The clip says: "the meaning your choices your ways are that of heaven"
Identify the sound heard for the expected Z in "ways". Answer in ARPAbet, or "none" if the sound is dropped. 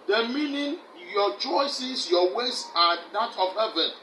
S